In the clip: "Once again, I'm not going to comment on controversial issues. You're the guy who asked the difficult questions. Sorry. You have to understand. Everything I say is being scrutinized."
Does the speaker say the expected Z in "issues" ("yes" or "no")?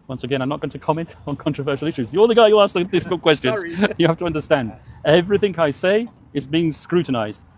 yes